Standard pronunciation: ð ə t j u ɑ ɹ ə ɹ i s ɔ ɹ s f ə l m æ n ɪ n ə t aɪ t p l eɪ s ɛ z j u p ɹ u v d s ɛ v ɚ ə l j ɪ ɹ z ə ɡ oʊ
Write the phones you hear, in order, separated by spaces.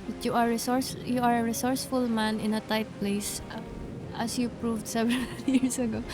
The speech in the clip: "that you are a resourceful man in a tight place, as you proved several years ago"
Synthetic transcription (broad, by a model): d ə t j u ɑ ɹ ə ɹ i s ɔ ɹ s f ə l m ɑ n ɪ n ə t aɪ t p l eɪ s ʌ s j u p ɹ u v d s ɛ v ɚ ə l j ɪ ɹ s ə ɡ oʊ